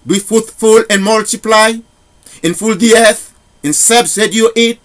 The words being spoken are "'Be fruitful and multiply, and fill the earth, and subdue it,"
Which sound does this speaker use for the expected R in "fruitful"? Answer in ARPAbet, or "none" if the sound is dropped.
none